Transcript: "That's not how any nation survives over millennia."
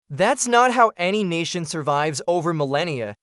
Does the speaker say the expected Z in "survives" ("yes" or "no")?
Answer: yes